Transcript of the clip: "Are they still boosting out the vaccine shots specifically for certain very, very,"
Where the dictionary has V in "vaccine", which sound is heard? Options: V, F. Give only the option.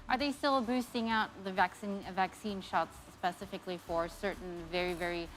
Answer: V